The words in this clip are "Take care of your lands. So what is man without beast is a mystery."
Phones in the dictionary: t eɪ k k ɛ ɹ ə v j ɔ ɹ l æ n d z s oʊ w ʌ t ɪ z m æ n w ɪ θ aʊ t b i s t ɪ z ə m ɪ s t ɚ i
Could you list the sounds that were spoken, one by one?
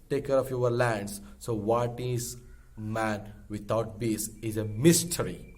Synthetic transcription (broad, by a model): t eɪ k k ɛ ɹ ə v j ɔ ɹ l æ n d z s oʊ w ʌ t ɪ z m æ n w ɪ t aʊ t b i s ɪ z ə m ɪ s t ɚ i